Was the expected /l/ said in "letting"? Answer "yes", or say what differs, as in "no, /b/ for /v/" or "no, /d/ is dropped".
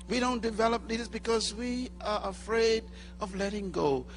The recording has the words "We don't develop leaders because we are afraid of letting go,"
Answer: yes